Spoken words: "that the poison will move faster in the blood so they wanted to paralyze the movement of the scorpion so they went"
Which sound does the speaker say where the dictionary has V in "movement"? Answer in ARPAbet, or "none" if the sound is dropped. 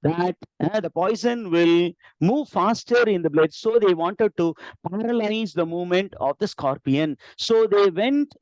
V